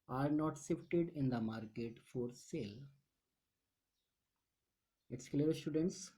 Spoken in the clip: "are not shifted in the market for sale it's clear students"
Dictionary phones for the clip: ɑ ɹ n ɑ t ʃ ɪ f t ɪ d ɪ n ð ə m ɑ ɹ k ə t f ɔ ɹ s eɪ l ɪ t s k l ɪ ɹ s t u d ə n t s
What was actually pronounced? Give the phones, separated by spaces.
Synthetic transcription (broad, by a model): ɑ ɹ n ɑ t s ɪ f t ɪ d ɪ n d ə m ɑ ɹ k ə t f ɔ ɹ s eɪ l ɪ t s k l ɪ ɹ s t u d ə n t s